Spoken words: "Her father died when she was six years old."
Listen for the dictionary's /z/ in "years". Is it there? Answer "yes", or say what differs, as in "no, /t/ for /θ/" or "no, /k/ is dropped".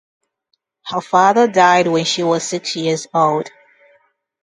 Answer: yes